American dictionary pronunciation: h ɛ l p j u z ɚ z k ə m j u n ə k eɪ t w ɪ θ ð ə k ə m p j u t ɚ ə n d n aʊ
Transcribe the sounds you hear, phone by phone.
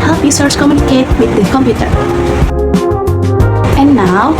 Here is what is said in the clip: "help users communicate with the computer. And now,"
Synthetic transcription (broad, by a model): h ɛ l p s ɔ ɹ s k ə m j u n ə k eɪ t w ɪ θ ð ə k ə m p j u t ɚ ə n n aʊ